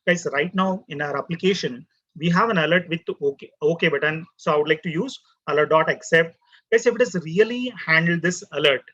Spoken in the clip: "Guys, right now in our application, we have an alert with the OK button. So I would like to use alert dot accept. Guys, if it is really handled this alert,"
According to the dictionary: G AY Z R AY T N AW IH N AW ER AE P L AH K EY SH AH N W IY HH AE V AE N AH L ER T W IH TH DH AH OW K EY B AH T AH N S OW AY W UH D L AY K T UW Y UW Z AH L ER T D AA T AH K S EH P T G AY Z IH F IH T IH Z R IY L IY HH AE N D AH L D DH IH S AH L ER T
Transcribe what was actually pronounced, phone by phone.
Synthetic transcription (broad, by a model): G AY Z R AY T N AW IH N AW ER AE P L AH K EY SH AH N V IY HH AE V AE N AH L ER T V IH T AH OW K EY B AH T AH N S OW AY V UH D L AY K T UW Y UW Z AH L ER T D AA T AH K S EH P T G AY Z IH F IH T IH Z R IY L IY HH AE N D AH L D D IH S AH L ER T